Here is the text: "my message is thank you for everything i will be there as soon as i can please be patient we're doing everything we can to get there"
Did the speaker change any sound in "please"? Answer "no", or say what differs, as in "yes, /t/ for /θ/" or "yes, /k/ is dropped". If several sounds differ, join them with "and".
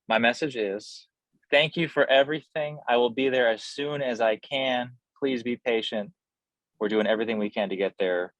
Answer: no